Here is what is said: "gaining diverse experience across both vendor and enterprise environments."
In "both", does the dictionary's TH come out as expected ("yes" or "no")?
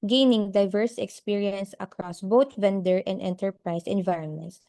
no